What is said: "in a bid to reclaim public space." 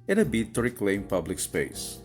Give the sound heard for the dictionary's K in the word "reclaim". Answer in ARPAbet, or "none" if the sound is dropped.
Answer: K